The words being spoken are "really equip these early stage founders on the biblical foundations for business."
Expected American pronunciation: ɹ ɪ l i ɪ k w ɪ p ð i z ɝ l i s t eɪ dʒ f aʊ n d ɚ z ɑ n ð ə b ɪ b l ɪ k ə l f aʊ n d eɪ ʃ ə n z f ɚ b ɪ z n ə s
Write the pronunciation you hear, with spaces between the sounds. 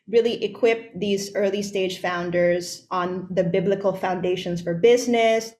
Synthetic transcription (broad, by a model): ɹ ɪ l i ɪ k w ɪ p ð i z ɝ l i s t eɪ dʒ f aʊ n d ɚ z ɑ n ð ə b ɪ b l ɪ k ə l f aʊ n d eɪ ʃ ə n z f ɚ b ɪ z n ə s